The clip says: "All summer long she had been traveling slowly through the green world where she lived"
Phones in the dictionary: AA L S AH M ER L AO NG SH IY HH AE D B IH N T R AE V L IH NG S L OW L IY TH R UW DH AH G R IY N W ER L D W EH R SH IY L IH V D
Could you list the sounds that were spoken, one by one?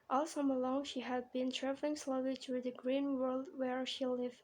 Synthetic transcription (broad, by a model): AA L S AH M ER L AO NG SH IY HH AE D B IH N T R AE V L IH NG S L OW L IY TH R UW DH AH G R IY N W ER L D W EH R SH IY L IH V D